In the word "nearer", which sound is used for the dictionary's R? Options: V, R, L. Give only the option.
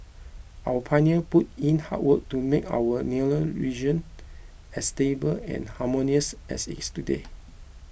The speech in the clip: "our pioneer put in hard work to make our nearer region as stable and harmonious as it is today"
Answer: L